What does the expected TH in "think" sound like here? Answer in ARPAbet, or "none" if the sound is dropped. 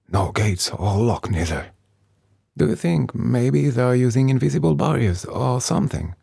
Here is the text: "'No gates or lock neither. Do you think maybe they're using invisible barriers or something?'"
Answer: TH